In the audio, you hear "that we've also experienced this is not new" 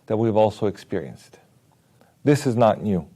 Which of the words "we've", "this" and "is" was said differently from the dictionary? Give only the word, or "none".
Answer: none